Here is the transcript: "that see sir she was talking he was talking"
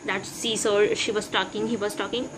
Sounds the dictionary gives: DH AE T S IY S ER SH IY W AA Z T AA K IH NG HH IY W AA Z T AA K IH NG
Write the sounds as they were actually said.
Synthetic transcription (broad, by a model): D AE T S IY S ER SH IY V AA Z T AA K IH NG HH IY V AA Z T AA K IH NG